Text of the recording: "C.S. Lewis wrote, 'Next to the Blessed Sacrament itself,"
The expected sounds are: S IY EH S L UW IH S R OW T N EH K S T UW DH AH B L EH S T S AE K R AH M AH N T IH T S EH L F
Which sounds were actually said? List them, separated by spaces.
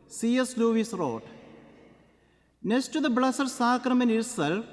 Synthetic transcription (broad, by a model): S IY EH S L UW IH S R OW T N EH K S T UW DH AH B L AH S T S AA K R AH M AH N IH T S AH L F